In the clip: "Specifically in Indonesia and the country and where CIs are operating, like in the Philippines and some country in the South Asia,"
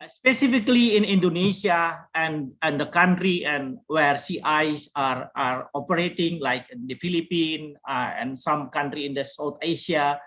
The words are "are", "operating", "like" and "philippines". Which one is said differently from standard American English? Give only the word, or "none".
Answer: philippines